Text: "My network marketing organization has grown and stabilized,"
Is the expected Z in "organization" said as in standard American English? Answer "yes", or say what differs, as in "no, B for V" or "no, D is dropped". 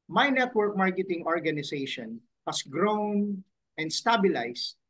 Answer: no, S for Z